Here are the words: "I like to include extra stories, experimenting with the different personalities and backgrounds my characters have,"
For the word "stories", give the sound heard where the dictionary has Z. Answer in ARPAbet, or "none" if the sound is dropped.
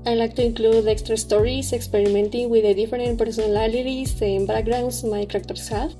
S